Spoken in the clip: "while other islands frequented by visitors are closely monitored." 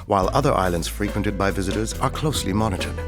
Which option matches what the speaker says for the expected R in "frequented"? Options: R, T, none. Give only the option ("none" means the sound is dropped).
R